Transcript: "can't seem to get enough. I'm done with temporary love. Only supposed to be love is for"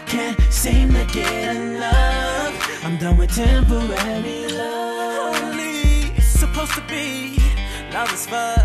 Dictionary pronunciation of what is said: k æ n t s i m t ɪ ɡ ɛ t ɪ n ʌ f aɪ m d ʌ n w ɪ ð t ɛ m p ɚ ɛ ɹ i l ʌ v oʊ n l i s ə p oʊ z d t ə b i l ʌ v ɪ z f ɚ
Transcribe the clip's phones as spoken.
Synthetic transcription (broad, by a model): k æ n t s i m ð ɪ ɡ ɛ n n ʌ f aɪ m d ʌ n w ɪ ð t ɛ m p ɚ ɛ ɹ i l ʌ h oʊ l i s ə p oʊ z t ə b i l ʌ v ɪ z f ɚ